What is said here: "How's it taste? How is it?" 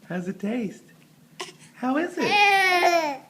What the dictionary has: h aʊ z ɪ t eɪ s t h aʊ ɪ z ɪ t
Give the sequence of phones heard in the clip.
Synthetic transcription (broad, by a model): h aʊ z ɪ t eɪ s t h aʊ ɪ z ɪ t